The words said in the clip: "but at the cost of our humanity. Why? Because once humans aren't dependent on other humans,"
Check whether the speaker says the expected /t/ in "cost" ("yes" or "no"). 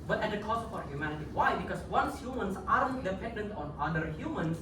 no